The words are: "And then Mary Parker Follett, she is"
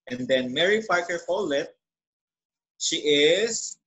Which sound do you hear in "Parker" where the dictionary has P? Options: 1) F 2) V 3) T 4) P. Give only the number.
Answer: 1